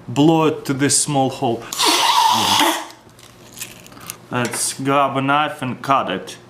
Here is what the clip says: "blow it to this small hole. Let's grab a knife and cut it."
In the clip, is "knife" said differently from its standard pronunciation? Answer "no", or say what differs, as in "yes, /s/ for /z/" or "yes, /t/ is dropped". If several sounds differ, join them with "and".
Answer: no